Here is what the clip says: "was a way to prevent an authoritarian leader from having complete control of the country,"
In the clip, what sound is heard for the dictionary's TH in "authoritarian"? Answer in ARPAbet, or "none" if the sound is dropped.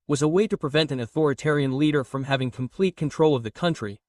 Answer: TH